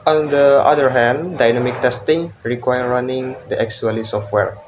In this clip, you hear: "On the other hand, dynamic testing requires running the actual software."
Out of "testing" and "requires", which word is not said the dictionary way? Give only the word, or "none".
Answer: requires